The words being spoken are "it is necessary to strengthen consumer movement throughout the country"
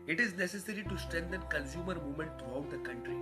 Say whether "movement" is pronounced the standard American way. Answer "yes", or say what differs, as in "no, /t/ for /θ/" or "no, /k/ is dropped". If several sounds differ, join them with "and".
no, /v/ is dropped